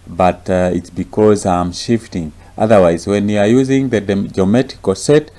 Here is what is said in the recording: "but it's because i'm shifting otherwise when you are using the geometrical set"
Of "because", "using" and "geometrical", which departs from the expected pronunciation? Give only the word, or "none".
geometrical